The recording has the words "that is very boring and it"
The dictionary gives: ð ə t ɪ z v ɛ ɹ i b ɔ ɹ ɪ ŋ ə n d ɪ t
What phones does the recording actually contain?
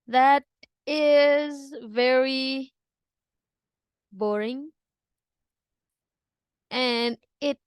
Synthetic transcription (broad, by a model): ð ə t ɪ z v ɛ ɹ i b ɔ ɹ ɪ ŋ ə n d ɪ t